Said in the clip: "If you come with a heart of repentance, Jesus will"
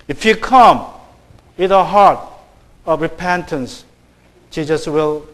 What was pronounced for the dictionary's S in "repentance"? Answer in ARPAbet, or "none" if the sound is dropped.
S